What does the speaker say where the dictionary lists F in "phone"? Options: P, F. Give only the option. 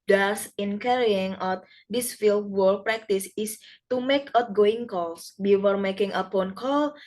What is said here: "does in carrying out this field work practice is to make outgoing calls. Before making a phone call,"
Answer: P